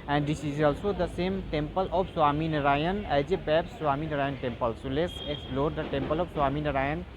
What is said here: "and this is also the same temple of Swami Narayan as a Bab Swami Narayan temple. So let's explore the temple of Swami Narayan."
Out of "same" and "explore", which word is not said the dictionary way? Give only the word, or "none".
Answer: none